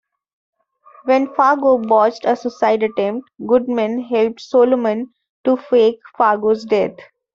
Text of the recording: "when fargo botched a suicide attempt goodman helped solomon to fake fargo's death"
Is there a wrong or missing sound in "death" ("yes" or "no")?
yes